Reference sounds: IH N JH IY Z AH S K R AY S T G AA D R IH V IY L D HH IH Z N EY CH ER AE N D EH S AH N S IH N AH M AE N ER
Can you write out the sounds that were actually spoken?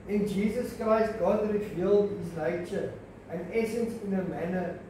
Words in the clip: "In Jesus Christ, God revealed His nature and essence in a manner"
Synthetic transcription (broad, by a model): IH N JH IY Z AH S K R AY S T G AA D R IH V IY L D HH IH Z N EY CH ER AE N D EH S AH N S IH N AH M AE N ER